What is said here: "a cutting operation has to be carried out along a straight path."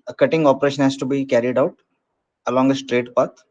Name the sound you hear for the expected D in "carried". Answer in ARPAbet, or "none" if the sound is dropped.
D